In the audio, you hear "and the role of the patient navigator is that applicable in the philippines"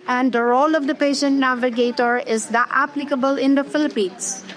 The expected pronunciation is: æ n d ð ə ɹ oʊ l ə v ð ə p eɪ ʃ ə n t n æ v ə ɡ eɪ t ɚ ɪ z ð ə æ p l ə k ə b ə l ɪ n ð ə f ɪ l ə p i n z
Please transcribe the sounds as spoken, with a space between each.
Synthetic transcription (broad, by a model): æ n d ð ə ɹ oʊ l ə v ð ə p eɪ ʃ ə n t n æ v ə ɡ eɪ t ɚ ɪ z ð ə æ p l ə k ə b ə l ɪ n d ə f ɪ l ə p i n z